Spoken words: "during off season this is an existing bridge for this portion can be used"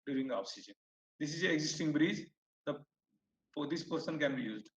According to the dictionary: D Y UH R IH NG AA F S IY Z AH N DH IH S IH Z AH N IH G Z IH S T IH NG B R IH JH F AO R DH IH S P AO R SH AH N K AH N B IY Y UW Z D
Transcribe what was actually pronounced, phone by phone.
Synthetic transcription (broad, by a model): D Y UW R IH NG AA P S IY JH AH N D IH S IH Z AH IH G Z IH S T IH NG B R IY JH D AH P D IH S P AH R S AH N K AH N B IY Y UW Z D